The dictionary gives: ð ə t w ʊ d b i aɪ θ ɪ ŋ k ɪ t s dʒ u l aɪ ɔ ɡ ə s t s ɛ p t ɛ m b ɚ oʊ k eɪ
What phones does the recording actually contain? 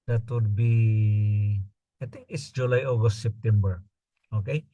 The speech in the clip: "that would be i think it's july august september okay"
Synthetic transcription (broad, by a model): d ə t w ʊ d b i aɪ t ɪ ŋ k ɪ t s dʒ u l aɪ ɔ ɡ ə s t s ɛ p t ɛ m b ɚ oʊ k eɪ